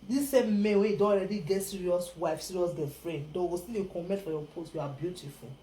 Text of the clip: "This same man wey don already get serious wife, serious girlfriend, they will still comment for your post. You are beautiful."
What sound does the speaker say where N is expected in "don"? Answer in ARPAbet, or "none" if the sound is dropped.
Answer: none